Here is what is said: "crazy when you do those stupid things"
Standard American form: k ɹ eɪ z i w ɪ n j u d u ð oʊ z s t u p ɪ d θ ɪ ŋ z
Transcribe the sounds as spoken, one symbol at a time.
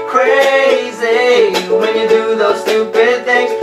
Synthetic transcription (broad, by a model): k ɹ eɪ z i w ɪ n j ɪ d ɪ ð oʊ z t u b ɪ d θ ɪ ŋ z